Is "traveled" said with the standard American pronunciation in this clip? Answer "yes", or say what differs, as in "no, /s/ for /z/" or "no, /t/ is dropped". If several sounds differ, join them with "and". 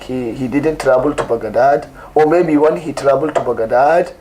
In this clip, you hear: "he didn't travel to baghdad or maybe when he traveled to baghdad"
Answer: no, /b/ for /v/